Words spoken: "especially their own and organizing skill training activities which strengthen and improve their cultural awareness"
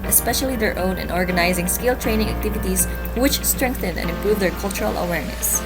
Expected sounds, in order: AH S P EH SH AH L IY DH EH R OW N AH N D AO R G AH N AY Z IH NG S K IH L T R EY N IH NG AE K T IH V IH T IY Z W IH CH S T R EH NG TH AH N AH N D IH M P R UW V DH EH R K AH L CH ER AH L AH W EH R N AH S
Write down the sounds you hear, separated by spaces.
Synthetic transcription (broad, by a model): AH S P EH SH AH L IY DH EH R OW N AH N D AO R G AH N AY Z IH NG S K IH L T R EY N IH NG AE K T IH V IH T IY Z W IH CH S T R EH NG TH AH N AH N IH M P R UW V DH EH R K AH L CH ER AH L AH W EH R N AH S